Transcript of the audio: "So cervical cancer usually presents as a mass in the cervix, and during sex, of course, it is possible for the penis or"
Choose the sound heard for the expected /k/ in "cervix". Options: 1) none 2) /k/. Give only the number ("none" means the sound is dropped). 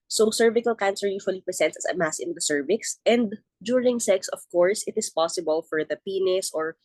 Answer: 2